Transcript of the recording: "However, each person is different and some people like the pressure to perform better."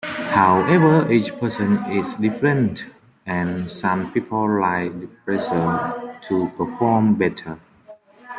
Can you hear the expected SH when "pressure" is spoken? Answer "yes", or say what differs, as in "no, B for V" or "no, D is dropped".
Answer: no, S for SH